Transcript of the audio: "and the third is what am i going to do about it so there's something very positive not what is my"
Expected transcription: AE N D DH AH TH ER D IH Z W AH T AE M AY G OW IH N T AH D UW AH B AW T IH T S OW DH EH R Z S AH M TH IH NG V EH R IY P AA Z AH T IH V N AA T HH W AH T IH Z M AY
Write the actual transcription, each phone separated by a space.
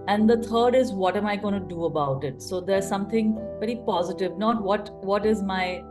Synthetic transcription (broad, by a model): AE N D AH T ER D IH Z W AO T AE M AY G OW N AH D UW AH B AW T IH T S OW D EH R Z S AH M T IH NG V EH R IY P AA Z AH T IH V N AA T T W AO T IH Z M AY